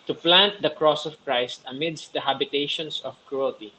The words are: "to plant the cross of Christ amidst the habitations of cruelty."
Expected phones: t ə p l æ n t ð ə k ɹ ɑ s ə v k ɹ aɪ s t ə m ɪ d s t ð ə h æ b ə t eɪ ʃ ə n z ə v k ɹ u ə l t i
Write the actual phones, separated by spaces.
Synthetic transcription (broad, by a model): t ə p l æ n t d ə k ɹ ɑ s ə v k ɹ aɪ s t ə m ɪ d s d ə h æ b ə t eɪ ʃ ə n s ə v k ɹ u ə l t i